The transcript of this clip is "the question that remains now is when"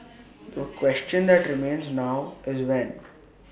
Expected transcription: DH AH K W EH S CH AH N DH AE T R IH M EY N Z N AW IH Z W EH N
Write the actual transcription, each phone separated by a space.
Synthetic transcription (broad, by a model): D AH K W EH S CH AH N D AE T R IH M EY N Z N AW IH Z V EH N